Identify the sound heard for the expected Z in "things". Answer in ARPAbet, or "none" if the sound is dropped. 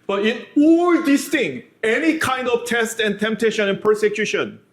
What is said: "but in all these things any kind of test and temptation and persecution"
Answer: none